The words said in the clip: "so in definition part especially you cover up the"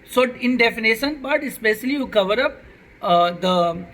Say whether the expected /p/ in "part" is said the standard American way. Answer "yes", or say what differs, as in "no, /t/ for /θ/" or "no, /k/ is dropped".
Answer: no, /b/ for /p/